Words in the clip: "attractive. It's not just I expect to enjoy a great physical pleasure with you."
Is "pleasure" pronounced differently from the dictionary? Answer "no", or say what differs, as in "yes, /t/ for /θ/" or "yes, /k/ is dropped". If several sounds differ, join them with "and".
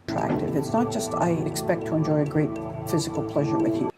no